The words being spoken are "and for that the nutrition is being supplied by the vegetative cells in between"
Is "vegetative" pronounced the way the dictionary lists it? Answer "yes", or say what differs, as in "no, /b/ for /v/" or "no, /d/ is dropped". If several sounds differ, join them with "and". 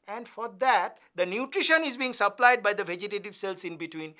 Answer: yes